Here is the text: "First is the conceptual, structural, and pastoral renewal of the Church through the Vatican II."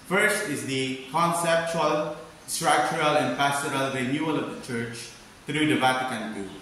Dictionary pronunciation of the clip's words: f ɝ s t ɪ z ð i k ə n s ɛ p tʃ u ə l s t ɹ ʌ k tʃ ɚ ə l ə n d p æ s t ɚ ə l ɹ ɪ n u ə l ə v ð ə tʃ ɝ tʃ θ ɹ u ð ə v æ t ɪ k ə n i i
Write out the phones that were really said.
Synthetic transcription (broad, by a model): f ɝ s t ɪ z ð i k ə n s ɛ p tʃ u ə l s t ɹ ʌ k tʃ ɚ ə l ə n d p æ s t ɚ ə l ɹ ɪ n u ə l ə v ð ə tʃ ɝ tʃ t ɹ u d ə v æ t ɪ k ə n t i